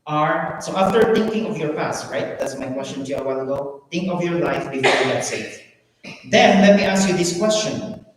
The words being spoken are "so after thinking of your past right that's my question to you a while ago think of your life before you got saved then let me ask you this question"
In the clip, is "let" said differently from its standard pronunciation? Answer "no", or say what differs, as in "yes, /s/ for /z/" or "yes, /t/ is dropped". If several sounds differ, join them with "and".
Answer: no